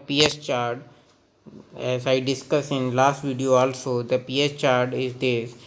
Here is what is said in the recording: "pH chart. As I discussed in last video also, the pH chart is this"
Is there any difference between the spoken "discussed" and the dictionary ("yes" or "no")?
yes